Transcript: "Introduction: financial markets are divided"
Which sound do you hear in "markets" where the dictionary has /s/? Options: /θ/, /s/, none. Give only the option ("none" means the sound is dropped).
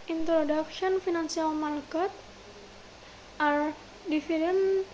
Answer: none